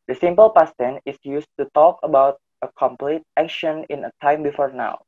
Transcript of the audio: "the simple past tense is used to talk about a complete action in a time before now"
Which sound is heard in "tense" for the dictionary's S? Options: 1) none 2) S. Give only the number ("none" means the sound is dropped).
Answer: 1